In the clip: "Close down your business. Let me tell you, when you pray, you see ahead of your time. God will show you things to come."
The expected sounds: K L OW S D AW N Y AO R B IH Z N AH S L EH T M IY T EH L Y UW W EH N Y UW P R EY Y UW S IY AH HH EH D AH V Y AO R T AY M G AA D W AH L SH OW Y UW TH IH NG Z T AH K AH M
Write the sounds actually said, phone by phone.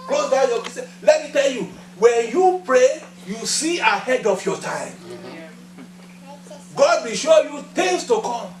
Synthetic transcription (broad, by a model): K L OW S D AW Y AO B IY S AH L EH T M IY T EH L Y UW W EH N Y UW P R EY Y UW S IY AH HH EH D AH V Y AO T AY M G AA D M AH SH OW Y UW T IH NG S T AH K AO M